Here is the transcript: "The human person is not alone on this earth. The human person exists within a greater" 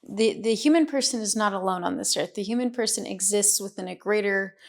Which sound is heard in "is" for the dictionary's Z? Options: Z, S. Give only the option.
Z